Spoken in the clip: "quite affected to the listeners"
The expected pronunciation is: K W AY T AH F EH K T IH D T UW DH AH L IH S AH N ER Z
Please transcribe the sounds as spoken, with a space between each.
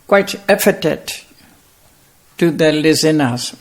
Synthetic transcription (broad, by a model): K W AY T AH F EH T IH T T UW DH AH L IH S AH N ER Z